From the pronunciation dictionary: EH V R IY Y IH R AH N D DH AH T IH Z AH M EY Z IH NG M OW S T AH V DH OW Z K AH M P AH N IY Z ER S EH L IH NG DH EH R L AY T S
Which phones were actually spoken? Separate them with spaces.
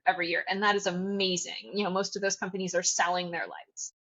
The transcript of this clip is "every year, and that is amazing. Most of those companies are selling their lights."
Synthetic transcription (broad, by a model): EH V R IY Y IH R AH N DH AH T IH Z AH M EY Z IH NG M OW S T AH V DH OW Z K AH M P AH N IY Z ER S EH L IH NG DH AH R L AY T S